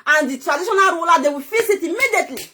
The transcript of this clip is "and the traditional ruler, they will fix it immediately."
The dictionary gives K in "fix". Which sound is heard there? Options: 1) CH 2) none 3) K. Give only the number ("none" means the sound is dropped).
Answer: 2